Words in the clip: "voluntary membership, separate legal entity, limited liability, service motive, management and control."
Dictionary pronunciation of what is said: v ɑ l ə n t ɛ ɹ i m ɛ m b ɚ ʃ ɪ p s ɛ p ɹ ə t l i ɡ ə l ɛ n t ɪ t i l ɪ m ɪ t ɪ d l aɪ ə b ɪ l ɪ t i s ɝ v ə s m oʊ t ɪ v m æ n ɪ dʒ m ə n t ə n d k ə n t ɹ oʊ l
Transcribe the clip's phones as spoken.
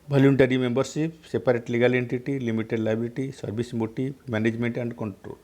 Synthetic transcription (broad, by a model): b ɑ l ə n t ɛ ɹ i m ɛ m b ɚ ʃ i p s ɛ p ɹ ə t l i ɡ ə l ɛ n t ɪ t i l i m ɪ t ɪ d l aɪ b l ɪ t i s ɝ b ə s m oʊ t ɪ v m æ n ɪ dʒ m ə n t ə n d k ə n t ɹ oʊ l